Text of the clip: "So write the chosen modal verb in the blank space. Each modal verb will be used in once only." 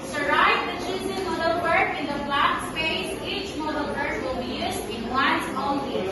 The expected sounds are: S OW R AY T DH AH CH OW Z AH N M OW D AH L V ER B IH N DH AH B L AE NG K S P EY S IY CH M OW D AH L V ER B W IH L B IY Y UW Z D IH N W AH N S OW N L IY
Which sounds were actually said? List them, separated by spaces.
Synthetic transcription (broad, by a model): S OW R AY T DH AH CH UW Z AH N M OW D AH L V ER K IH N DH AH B L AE K S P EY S IY CH M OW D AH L P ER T W IH L B IY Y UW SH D IH N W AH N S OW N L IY